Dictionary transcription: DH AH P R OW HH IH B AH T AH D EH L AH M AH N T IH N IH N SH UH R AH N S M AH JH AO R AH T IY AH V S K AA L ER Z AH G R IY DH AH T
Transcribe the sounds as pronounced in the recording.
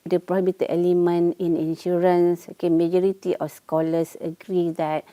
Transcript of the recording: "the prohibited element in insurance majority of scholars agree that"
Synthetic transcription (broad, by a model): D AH P R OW HH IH B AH T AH EH L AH M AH N IH N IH N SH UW R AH N S M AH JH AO R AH T IY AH F S K AA L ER S AH G R IY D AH T